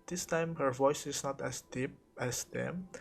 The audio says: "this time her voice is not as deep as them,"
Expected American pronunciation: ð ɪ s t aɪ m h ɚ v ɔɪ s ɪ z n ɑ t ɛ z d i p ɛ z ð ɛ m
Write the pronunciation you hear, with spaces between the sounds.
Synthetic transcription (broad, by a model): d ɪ s t aɪ m h ɚ v ɔɪ s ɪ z n ɑ t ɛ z d i p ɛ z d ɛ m